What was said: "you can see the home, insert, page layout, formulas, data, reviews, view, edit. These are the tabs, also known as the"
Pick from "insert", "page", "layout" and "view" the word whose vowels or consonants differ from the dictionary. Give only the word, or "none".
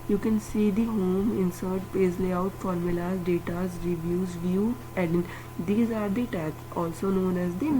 page